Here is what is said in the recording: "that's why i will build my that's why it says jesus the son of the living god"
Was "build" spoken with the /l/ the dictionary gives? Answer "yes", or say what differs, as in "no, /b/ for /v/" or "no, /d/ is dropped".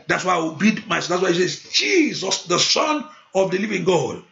no, /l/ is dropped